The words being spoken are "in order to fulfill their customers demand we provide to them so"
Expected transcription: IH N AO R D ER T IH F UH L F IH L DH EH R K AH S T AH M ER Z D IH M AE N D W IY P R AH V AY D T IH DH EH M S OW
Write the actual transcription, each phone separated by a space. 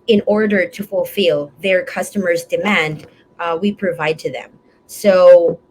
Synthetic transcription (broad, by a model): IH N AO R D ER T IH F UH L F IH L DH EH R K AH S T AH M ER Z D IH M AE N D W IY P R AH V AY D T IH DH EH M S OW